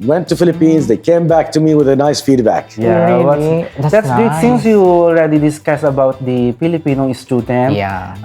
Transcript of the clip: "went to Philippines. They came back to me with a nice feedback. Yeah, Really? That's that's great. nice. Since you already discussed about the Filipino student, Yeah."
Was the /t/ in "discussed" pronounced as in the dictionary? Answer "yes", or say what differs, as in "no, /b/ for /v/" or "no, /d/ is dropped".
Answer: no, /t/ is dropped